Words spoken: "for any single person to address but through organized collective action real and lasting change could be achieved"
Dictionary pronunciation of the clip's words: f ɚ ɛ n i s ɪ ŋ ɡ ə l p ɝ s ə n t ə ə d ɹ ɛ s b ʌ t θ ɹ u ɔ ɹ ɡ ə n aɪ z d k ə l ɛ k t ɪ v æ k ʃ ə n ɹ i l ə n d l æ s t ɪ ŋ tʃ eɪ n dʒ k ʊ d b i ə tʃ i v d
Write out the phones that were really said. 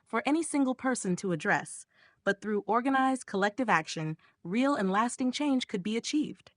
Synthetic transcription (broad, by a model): f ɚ ɛ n i s ɪ ŋ ɡ l p ɝ s ə n t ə ə d ɹ ɛ s b ʌ t θ ɹ u ɔ ɹ ɡ ə n aɪ z d k ə l ɛ k t ɪ v æ k ʃ ə n ɹ i l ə n l æ s t ɪ ŋ tʃ eɪ n ʒ k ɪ d b i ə tʃ i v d